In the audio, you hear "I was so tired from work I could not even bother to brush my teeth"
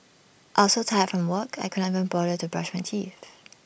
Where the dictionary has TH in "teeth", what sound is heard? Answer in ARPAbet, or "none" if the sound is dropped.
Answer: F